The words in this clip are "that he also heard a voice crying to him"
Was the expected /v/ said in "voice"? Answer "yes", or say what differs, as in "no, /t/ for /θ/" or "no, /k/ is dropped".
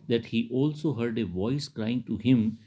yes